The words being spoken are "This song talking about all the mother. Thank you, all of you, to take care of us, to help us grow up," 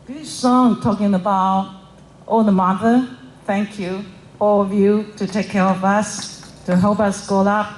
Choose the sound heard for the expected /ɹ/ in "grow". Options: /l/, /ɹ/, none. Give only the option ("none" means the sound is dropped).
none